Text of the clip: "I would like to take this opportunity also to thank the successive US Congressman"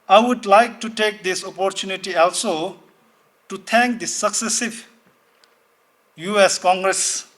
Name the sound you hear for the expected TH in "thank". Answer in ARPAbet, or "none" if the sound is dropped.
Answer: T